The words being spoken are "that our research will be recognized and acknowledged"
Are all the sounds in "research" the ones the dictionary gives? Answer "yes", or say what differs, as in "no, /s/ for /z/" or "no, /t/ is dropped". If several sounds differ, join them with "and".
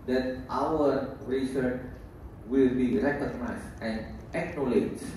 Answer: yes